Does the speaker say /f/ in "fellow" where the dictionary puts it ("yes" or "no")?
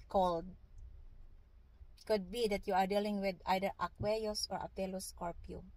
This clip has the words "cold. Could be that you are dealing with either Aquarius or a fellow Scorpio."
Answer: no